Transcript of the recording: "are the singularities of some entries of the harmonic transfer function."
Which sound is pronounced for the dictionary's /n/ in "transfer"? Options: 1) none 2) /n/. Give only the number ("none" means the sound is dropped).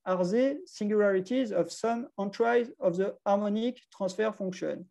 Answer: 1